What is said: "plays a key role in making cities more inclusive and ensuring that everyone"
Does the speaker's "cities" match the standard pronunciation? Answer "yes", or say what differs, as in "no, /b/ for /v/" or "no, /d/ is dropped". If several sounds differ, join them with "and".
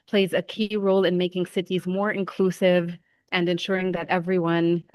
yes